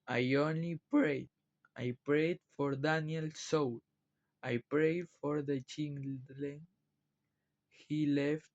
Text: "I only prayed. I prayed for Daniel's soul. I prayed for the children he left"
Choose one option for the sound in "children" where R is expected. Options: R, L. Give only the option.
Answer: L